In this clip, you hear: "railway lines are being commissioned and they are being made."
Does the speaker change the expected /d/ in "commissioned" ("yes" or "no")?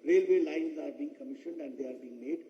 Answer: no